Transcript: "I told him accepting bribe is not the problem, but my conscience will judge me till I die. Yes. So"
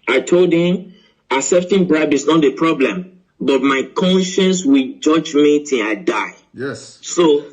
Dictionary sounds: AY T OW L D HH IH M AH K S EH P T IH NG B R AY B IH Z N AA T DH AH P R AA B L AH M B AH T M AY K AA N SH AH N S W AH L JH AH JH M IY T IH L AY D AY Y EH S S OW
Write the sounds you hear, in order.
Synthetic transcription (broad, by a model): AY T OW L D HH IH M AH S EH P T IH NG B R AY B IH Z N AA T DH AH P R AA B L AH M B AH T M AY K AA N SH AH N S W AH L JH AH JH M IY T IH AY D AY Y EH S S OW